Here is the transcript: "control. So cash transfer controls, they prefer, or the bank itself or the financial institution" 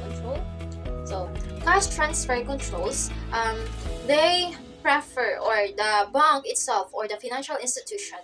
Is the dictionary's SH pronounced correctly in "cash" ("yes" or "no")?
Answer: no